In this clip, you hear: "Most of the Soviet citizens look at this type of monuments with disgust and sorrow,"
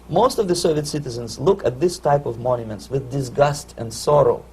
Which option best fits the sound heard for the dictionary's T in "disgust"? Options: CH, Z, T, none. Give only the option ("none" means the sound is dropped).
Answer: T